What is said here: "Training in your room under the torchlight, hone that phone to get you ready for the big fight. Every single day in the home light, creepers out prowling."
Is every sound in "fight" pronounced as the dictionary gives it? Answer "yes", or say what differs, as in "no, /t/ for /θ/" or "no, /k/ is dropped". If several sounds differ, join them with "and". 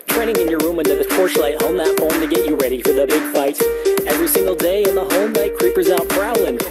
yes